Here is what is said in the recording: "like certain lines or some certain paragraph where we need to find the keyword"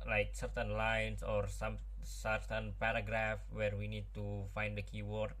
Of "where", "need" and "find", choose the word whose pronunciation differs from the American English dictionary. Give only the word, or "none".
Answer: none